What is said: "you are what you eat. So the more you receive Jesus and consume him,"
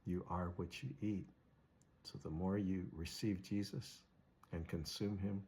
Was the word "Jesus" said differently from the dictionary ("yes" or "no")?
no